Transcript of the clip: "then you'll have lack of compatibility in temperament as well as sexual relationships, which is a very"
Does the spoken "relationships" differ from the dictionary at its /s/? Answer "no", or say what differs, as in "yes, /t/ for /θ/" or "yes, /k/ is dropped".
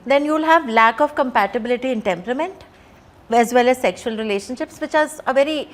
no